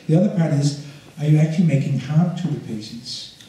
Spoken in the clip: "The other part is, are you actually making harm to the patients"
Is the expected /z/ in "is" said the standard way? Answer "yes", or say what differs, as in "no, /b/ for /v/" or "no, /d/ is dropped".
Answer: yes